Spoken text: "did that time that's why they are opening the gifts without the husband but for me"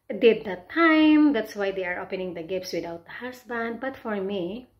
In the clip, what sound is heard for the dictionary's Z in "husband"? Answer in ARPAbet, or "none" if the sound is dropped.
S